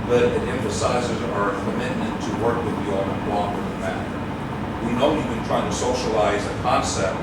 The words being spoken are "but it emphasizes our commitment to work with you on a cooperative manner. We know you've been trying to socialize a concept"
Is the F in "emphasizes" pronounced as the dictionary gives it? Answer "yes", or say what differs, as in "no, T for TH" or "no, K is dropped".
yes